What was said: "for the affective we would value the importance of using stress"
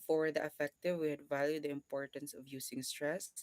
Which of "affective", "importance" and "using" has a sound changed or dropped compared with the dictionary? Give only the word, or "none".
using